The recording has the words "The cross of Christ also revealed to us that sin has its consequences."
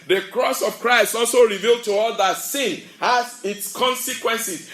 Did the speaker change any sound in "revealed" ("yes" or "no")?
no